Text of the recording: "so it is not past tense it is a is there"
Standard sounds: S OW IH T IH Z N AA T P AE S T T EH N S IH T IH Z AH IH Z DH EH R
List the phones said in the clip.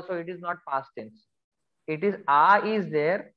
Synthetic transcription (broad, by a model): S OW IH T IH Z N AA T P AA S T S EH N S IH T IH Z AH IH Z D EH R